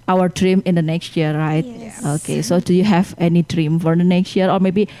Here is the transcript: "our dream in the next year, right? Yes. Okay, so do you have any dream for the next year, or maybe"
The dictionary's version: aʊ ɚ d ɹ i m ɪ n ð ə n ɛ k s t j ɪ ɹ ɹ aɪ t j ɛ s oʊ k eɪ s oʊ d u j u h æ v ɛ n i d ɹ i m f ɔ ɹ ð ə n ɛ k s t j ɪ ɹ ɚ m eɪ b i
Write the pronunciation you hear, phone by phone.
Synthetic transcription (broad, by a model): aʊ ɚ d ɹ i m ɪ n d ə n ɛ k s t j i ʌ aɪ t oʊ k eɪ s oʊ d u j u h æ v ɛ n i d ɹ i m f ɔ ɹ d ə n ɛ k s t j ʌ ɹ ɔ m eɪ b i